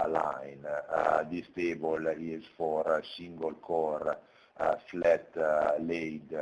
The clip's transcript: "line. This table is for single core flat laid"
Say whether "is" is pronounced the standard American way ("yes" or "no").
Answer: no